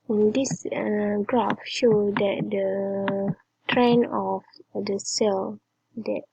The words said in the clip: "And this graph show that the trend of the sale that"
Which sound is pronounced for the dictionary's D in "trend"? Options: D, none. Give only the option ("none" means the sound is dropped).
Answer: none